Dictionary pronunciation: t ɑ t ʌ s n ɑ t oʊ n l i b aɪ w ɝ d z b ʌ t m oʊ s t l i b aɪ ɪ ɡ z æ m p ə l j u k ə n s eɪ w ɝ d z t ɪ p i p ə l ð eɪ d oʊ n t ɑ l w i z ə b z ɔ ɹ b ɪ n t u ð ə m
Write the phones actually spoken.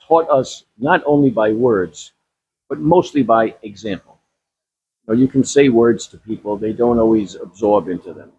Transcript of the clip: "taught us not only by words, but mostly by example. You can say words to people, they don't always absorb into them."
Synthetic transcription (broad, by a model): ɑ t ʌ s n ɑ t oʊ n l i b aɪ w ɝ d z b ʌ t m oʊ s t l i b aɪ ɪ ɡ z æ m p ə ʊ j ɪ k ə n s eɪ w ɝ d z t ɪ p i p l ð eɪ d oʊ n t ɑ l w i z ə b z ɔ ɹ b ɪ n t u ð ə m